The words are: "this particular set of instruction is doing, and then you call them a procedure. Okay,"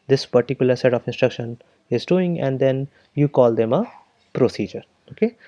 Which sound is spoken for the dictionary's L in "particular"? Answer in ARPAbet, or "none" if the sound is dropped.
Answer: L